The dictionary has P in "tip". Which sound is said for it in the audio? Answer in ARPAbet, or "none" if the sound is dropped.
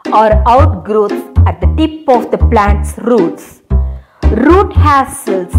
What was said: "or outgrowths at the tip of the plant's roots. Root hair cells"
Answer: P